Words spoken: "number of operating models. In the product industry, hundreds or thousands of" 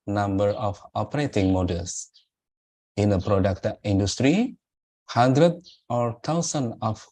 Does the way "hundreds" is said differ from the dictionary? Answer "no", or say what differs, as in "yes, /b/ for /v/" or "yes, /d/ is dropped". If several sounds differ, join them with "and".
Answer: yes, /z/ is dropped